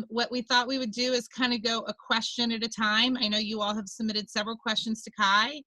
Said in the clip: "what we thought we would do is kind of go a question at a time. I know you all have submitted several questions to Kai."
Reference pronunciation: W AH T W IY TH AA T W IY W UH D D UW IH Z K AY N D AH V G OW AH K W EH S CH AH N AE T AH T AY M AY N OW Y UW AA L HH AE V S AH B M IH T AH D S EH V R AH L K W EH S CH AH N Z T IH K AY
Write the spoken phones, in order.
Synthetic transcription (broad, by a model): W AH T W IY TH AA T W IY W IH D D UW IH Z K AY N D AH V G OW AH K W EH S CH AH N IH T AH T AY M AY N OW Y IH AA L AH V S AH B M IH T AH D S EH V R L K W EH S CH AH N Z T IH K AY